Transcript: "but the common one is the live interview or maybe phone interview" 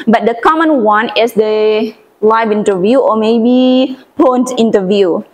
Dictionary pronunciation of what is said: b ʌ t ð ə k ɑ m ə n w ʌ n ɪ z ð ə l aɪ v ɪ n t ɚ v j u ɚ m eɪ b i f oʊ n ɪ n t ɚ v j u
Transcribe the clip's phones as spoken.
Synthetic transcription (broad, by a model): b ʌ t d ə k ɑ m ə n w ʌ n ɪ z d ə l aɪ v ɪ n t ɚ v j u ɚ m eɪ b i p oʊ n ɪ n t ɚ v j u